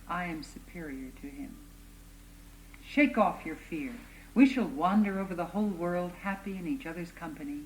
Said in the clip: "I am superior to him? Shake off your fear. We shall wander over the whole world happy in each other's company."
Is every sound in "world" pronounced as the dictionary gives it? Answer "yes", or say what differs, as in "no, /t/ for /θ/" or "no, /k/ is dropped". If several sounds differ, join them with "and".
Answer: yes